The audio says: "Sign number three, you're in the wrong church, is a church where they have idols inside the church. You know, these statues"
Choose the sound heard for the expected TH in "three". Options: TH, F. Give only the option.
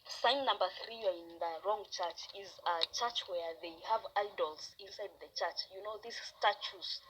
TH